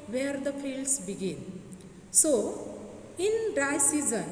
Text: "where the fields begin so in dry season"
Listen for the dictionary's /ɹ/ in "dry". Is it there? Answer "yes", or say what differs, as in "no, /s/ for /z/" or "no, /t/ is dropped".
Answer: no, /ɹ/ is dropped